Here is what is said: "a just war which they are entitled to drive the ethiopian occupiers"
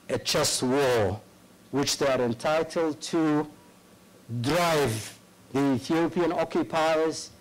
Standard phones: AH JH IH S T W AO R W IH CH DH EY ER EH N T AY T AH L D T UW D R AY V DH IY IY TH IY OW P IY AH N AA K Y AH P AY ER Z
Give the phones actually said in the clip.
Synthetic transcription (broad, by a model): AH CH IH S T W AO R W IH CH DH EY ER EH N T AY T AH L D T UW D R AY V DH IY IY TH IY OW P IY AH N AA K Y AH P AY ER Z